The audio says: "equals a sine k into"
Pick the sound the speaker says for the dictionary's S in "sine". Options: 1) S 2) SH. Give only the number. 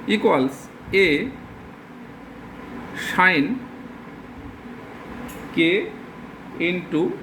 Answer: 2